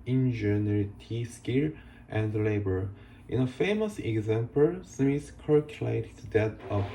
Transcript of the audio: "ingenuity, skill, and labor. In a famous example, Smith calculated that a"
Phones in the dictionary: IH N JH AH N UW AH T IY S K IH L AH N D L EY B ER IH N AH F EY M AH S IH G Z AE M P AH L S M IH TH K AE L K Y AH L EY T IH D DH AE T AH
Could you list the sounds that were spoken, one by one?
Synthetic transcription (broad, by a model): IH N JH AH N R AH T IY S K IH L AH N D L EY B ER IH N AH F EY M AH S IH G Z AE M P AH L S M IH S K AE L K Y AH L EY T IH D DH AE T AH